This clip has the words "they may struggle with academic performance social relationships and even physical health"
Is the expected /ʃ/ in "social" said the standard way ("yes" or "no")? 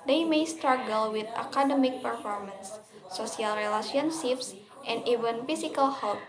no